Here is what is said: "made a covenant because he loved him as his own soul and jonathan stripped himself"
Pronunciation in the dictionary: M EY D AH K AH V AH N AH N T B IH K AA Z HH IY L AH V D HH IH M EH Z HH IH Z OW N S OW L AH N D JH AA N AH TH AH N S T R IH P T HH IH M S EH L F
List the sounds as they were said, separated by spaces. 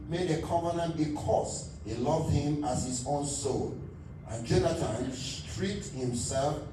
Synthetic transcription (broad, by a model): M EY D AH K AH V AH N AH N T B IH K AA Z HH IY L AH V D HH IH M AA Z HH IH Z OW N S OW L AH N JH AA N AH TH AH N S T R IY T HH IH M S EH L F